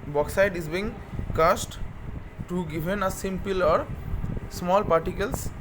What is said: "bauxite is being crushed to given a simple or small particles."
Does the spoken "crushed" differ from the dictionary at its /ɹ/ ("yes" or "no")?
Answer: yes